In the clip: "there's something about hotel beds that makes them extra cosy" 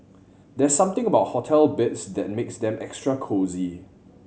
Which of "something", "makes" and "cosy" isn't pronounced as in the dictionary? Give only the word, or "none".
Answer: something